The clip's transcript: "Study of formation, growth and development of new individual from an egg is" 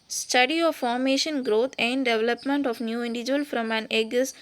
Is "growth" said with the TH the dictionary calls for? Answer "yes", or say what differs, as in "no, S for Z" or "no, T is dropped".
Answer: no, T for TH